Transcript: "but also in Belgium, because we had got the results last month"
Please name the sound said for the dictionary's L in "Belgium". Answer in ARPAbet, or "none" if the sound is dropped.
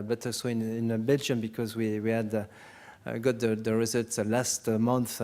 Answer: L